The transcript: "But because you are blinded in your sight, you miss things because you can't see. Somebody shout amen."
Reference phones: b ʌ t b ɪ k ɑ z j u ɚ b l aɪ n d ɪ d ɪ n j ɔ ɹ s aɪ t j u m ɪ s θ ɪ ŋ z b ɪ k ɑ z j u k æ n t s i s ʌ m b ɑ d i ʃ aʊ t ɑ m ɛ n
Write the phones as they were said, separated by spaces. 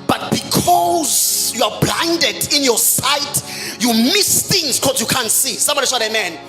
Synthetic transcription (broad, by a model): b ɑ t b ɪ k ɑ z j u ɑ b l aɪ n d ɪ d ɪ n j ɔ s aɪ t j u m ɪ s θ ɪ ŋ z k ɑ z j u k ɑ n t s i s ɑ m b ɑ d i s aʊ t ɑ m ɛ n